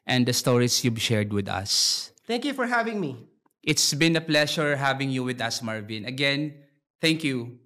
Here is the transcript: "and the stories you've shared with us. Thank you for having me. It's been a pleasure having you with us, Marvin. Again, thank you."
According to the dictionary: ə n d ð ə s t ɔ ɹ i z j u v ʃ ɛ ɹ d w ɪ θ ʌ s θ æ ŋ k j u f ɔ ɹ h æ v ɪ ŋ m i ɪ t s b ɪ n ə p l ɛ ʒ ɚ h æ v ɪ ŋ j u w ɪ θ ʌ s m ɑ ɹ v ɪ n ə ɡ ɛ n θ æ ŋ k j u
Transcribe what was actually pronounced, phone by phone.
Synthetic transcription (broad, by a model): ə n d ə s t ɔ ɹ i s j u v ʃ ɛ ɹ d w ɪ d ʌ s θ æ ŋ k j u f ɔ ɹ h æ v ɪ ŋ m i ɪ t s b ɪ n ə p l ɛ ʃ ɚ h æ v ɪ ŋ j u w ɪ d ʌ s m ɑ ɹ v ɪ n ə ɡ ɛ n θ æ ŋ k j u